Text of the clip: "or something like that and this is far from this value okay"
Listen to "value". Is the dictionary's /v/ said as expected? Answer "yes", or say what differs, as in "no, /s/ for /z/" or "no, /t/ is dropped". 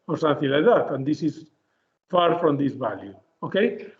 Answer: no, /b/ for /v/